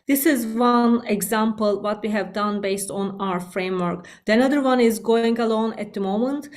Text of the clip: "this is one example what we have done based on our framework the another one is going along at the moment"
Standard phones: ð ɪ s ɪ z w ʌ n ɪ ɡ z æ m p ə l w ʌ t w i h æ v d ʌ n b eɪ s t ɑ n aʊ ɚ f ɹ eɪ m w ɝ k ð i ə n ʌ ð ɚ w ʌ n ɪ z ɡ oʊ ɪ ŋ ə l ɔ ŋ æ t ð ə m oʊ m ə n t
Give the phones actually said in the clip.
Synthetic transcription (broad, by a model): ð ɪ s ɪ z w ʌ n ɪ ɡ z æ m p ə l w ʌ t w i h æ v d ʌ n b eɪ s t ɑ n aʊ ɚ f ɹ eɪ m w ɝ k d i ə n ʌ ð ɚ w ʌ n ɪ z ɡ oʊ ɪ ŋ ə l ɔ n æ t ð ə m oʊ m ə n t